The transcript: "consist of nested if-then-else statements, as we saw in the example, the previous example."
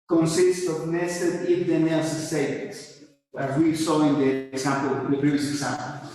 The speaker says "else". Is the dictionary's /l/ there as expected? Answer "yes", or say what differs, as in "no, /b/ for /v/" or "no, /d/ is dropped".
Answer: no, /l/ is dropped